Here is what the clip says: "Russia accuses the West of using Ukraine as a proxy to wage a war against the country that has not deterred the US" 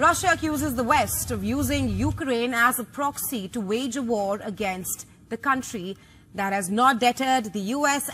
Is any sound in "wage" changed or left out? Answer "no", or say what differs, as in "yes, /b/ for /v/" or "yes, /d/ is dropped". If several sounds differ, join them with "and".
no